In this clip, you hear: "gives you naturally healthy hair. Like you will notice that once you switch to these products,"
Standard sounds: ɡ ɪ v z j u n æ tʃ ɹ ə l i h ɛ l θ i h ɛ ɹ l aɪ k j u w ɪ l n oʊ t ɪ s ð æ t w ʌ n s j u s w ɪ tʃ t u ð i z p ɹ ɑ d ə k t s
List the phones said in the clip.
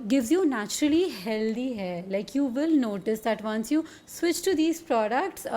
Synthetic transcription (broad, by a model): ɡ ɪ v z j u n æ tʃ ɹ ə l i h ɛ l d i h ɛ l aɪ k j u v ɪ l n oʊ t ɪ s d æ t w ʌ n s j u s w ɪ tʃ t u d i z p ɹ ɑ d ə k t s